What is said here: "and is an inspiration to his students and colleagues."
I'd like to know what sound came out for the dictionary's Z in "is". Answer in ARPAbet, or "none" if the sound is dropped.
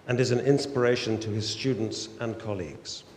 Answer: Z